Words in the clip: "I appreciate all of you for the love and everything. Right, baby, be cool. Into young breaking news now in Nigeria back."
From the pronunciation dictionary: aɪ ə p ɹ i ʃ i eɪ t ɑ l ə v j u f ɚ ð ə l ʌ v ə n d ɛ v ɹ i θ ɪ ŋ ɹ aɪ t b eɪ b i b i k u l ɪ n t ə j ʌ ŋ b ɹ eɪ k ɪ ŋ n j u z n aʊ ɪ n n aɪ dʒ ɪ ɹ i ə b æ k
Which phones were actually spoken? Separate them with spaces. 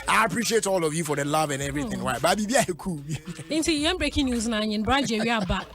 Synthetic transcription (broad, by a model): aɪ ə p ɹ i ʃ i eɪ t ɑ l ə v j u f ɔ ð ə l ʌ v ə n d ɛ v ɹ i θ ɪ ŋ w aɪ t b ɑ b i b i k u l ɪ n t ə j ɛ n b ɹ eɪ k ɪ ŋ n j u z n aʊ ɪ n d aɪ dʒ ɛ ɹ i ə b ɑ